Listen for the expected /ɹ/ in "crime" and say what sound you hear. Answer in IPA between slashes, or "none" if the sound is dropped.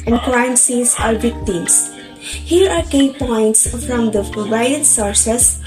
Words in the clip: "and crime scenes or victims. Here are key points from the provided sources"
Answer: /l/